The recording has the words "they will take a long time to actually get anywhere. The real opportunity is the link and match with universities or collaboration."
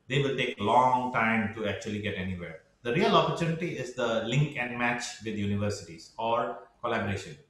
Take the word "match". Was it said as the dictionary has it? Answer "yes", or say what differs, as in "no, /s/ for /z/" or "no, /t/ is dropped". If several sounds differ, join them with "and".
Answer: yes